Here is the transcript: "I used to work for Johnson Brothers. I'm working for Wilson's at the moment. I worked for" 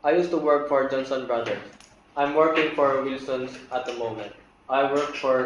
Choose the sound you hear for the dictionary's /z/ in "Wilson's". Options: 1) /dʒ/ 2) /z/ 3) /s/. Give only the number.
3